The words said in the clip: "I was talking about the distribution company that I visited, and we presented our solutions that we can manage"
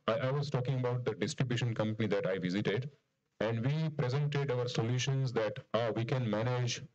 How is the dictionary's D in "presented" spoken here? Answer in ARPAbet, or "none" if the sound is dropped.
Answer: D